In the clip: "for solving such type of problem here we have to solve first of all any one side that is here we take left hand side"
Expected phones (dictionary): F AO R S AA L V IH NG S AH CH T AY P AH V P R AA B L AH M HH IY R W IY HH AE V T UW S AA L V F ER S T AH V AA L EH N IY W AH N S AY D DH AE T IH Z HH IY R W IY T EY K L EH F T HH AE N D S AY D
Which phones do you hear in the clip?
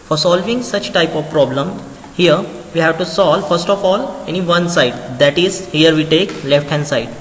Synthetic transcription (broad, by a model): F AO R S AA L V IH NG S AH CH T AY P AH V P R AA B L AH M HH IY R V IY HH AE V T UW S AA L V F ER S T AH F AA L EH N IY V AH N S AY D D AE T IH Z HH IY R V IY T EY K L EH F T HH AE N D S AY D